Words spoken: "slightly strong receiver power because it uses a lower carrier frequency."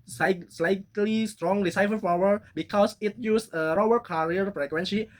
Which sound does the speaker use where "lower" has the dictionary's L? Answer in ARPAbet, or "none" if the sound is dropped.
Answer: W